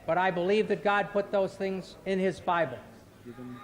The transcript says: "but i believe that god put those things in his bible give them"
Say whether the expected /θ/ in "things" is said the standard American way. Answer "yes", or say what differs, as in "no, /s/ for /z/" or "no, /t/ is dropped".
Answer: yes